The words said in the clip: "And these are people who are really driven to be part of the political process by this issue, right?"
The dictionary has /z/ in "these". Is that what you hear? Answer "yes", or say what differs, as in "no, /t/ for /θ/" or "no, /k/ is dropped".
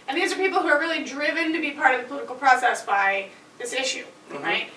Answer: yes